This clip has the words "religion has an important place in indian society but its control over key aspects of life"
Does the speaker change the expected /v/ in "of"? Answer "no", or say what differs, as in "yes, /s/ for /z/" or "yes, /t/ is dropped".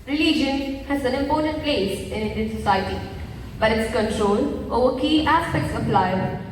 yes, /p/ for /v/